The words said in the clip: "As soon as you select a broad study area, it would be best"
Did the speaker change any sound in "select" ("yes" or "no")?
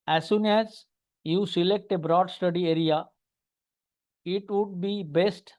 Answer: no